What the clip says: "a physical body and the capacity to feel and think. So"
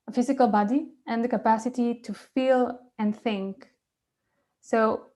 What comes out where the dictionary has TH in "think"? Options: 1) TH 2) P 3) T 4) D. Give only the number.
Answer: 1